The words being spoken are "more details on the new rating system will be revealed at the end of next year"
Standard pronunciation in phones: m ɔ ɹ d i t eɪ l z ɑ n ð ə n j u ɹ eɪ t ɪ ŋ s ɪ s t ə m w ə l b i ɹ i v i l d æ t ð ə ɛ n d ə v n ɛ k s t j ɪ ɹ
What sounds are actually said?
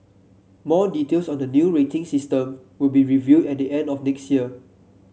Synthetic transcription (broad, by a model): m ɔ d i t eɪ l s ɑ n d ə n j u ɹ eɪ t ɪ ŋ s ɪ s t ə m w ə l b i ɹ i v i d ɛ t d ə ɛ n d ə f n ɛ k s t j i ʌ